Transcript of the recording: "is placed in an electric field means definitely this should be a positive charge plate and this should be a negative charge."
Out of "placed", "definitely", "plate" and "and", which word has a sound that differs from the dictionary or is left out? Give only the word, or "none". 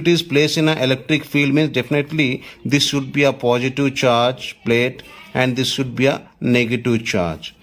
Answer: placed